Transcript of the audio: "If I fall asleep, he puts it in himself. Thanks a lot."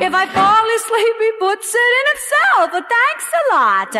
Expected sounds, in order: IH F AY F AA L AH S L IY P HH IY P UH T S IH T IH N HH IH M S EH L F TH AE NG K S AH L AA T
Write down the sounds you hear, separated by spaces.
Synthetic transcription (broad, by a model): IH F AY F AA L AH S L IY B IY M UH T S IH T IH N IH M S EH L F TH AE NG K S AH L AA T